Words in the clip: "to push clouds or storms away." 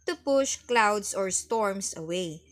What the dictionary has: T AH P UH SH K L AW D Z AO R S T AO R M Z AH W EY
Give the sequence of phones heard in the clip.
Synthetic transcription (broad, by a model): T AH P UH SH K L AW D S AO R S T AO R M S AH W EY